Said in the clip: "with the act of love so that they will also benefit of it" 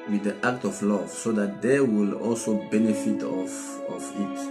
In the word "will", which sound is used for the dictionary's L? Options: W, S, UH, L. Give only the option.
L